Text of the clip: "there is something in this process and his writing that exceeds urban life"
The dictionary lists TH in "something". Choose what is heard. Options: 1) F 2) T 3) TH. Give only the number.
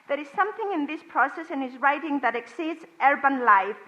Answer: 3